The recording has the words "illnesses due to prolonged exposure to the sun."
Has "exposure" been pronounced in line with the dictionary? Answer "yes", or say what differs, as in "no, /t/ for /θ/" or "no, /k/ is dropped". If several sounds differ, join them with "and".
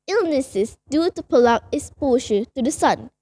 no, /k/ is dropped and /ʃ/ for /ʒ/